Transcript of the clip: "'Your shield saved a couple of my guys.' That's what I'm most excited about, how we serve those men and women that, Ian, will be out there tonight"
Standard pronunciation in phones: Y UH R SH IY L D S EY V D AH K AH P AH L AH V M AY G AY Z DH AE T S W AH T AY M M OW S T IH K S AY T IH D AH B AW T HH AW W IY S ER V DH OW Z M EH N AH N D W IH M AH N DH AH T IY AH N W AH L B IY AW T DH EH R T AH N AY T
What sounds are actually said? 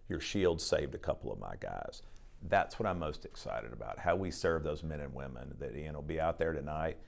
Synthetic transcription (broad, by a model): Y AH R SH IY L D S EY V D AH K AH P L AH V M AY G AY Z DH AE T S W AH T AY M M OW S T IH K S AY T IH D AH B AW T HH AW W IY S ER V DH OW Z M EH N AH N W IH M AH N DH AH T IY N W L B IY AW T DH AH R T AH N AY T